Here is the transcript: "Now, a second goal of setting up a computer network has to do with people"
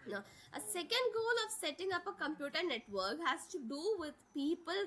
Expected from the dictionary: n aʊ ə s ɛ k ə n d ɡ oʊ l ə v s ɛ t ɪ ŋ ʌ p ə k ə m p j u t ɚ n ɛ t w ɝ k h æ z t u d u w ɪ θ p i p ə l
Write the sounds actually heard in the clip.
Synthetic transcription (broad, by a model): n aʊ ə s ɛ k ə n d ɡ oʊ l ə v s ɛ t ɪ ŋ ʌ p ə k ə m p j u t ɚ n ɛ t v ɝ k h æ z t u d u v ɪ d p i p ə l